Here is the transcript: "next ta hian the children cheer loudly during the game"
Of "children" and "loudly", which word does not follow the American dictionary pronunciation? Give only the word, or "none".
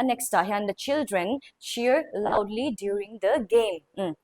none